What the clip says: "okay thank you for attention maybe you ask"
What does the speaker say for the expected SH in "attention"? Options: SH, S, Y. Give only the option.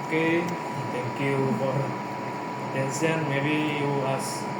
S